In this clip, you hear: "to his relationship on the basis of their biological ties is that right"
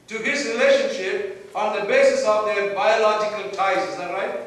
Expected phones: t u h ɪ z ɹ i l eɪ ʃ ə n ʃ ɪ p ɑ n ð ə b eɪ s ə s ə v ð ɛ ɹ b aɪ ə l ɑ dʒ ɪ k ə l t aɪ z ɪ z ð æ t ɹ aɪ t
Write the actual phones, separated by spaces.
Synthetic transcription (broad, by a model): t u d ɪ s ɹ i l eɪ ʃ ə n ʃ ɪ p ɑ n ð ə b eɪ s ə s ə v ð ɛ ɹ b aɪ ə l ɑ dʒ ɪ k ə l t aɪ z ɪ z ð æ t ɹ aɪ t